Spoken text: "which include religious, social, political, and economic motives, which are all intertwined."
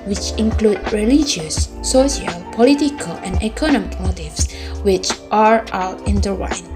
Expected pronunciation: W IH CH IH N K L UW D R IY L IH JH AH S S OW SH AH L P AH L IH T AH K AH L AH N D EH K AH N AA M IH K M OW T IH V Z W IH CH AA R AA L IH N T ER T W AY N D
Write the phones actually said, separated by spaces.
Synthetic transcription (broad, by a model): W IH CH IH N K L UW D R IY L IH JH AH S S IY AH L P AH L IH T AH K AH L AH N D EH K AH N AA M IH K M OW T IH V S W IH CH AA R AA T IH N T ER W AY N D